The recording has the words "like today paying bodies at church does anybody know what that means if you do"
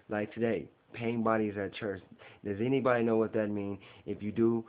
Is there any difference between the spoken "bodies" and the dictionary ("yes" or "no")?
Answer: no